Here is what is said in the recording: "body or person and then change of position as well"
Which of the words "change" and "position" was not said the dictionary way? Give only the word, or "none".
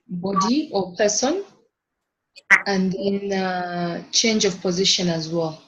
none